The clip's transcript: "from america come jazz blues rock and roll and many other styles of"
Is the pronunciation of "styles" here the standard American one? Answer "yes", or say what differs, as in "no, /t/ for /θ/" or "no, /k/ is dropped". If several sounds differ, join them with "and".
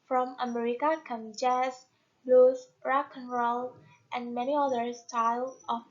no, /z/ is dropped